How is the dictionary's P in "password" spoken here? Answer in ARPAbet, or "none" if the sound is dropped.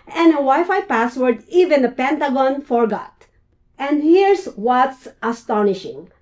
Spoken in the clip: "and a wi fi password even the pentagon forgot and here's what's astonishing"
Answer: P